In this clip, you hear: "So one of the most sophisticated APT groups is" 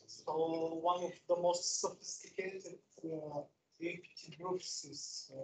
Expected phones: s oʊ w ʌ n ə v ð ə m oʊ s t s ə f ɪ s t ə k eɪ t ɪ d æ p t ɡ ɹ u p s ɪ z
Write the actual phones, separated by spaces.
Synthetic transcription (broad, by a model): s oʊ w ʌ n ə v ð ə m oʊ s t s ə f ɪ s t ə k eɪ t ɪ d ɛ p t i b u f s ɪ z